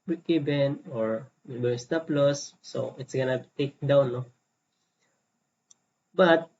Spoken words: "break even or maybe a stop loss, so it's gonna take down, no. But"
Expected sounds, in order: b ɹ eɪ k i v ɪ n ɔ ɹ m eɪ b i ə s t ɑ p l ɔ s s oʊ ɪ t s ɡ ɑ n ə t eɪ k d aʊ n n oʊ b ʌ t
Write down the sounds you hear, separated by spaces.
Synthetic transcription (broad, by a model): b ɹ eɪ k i b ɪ n ɔ ɹ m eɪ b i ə s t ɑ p l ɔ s s oʊ ɪ t s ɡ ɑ n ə t eɪ k d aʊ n n oʊ b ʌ t